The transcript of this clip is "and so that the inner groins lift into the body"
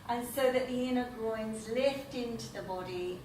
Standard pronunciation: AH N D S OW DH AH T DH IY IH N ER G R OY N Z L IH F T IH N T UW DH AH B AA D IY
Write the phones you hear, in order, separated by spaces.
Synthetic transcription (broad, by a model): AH N S OW DH AH T DH IY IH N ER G R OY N Z L IH F T IH N T UW DH AH B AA D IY